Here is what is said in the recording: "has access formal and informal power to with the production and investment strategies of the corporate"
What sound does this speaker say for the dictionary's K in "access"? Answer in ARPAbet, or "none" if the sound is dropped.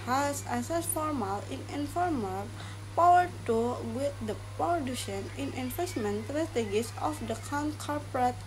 none